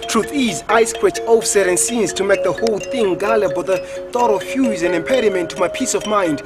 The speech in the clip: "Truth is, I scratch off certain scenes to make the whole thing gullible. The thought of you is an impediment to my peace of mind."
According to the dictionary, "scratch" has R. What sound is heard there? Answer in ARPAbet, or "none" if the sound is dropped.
W